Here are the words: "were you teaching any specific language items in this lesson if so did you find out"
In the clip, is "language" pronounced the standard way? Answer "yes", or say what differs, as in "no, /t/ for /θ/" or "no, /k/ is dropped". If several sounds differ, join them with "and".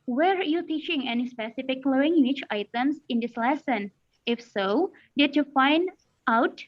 no, /tʃ/ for /dʒ/